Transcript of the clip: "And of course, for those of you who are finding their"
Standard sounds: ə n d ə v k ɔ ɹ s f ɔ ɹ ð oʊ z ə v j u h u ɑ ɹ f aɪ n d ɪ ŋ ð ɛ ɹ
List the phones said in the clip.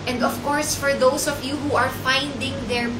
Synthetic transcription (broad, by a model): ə n d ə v k ɔ ɹ s f ɔ ɹ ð oʊ s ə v j u h u ɑ ɹ f aɪ n d ɪ ŋ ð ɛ ɹ